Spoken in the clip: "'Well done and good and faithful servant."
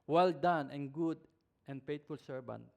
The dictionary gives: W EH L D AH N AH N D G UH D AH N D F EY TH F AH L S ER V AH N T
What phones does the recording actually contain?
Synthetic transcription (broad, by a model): W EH L D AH N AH N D G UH D AH N D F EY T F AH L S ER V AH N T